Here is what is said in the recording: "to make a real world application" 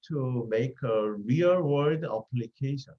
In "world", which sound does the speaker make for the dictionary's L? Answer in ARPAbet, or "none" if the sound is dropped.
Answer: none